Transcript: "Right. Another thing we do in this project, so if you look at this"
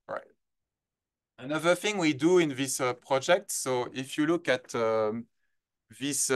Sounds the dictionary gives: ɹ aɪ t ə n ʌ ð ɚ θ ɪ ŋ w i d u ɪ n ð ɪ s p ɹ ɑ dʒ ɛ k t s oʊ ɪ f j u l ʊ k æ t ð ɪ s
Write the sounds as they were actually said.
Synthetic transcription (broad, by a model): ɹ aɪ t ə n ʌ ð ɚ θ ɪ ŋ w i d u ɪ n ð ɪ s p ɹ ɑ dʒ ɛ k t s oʊ ɪ f j u l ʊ k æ t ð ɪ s